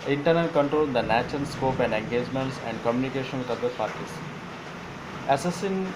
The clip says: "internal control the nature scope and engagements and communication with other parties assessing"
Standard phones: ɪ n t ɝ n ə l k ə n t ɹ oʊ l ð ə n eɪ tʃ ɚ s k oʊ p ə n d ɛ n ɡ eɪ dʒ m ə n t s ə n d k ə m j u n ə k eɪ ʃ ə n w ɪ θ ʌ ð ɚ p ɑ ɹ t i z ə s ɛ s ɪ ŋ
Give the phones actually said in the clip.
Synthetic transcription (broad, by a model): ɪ n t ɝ n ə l k ə n t ɹ oʊ l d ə n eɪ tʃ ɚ s k oʊ p ə n d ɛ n ɡ eɪ dʒ m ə n t s ə n d k ə m j u n ə k eɪ ʃ ə n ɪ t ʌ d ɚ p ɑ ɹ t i s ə s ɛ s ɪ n